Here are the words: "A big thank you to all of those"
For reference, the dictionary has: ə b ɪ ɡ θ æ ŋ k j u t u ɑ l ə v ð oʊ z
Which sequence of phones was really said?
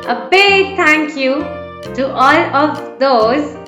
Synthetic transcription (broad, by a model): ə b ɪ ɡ t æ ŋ k j u t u ɑ l ə v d oʊ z